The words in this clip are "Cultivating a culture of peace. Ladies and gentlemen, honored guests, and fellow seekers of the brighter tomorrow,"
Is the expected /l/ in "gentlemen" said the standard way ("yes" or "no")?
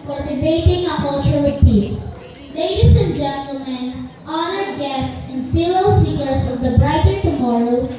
yes